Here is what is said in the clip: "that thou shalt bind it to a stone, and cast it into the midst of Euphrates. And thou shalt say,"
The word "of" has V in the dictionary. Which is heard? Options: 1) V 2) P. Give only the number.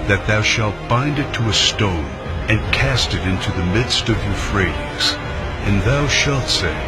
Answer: 1